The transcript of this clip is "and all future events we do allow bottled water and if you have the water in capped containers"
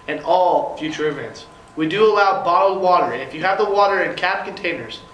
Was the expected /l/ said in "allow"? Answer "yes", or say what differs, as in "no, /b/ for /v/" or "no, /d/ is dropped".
yes